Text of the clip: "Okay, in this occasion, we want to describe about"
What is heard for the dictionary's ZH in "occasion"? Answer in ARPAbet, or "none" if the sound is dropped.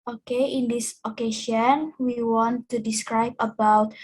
SH